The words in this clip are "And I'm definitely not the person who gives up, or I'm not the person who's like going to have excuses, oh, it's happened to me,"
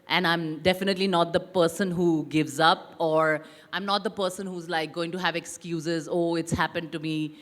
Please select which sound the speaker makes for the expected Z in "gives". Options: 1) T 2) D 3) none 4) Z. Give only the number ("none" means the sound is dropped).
4